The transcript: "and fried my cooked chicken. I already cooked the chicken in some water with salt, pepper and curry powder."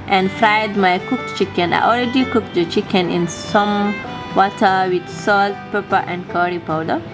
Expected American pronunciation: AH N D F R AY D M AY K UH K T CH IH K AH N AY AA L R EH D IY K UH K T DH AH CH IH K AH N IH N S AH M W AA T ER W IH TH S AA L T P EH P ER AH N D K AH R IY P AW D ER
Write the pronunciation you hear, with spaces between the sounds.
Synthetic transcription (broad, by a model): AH N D F R AY D M AY K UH K CH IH K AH N AY AA L R EH D IY K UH K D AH CH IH K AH N IH N S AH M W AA T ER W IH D S AA L T P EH P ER AH N D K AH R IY P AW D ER